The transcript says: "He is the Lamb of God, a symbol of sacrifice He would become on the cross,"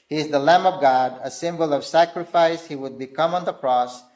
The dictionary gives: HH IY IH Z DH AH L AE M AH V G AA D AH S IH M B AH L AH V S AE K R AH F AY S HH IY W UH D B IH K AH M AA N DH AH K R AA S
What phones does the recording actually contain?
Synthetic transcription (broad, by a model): HH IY IH Z DH AH L AE M AH V G AA D AH S IH M B AH L AH V S AE K R AH F AY S HH IY W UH D B IH K AH M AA N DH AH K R AA S